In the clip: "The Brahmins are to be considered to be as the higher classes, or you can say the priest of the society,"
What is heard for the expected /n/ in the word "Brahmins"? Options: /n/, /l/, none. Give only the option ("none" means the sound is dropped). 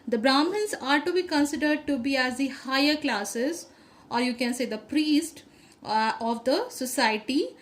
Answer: /l/